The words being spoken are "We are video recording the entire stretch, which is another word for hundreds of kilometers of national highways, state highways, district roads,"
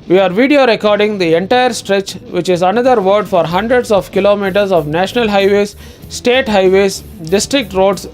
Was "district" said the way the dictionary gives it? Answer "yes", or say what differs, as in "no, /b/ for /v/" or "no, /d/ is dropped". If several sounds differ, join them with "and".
yes